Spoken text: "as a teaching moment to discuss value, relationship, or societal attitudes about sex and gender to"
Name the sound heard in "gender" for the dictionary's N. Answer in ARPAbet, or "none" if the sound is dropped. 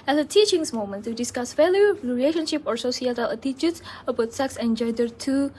none